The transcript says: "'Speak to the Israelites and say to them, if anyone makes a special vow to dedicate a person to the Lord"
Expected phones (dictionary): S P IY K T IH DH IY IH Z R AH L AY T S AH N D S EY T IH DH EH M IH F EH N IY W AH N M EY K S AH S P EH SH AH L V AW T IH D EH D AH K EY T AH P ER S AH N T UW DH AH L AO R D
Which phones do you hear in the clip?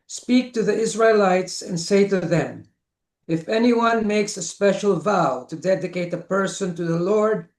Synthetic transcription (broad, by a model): S P IY K T IH DH IY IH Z R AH L AY T S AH N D S EY T IH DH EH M IH F EH N IY W AH N M EY K S AH S P EH SH AH L V AW T IH D EH D AH K EY T AH P ER S AH N T UW DH AH L AO R D